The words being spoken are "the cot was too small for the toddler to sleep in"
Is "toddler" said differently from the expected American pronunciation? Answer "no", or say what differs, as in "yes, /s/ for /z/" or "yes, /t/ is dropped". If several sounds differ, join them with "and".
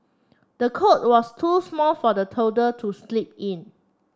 yes, /l/ is dropped